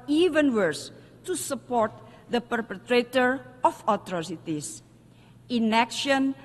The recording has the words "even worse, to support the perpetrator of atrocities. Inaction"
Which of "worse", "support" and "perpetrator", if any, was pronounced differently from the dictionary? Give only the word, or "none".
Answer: none